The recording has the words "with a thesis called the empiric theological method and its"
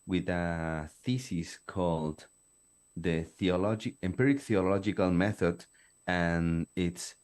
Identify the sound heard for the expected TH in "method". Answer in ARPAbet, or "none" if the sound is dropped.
TH